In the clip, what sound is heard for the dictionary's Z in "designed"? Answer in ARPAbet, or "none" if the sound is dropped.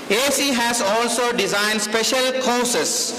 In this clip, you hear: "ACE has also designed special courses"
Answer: Z